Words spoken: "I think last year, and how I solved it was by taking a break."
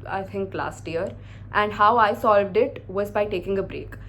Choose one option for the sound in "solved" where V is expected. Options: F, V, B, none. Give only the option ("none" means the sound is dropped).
V